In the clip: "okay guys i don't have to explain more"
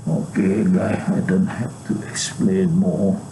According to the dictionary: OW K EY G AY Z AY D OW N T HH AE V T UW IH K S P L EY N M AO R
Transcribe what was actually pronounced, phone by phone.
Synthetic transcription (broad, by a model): OW K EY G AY AY D OW N T HH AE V T UW IH K S P L EY N M AO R